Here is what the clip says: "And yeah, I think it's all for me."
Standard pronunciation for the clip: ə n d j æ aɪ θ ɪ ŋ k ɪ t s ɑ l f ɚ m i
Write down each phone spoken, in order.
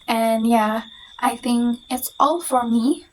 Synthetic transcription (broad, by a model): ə n j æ aɪ θ ɪ ŋ k ɪ t s ɑ l f ɚ m i